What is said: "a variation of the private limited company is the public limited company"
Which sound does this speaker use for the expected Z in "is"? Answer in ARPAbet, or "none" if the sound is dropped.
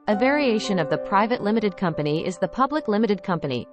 Z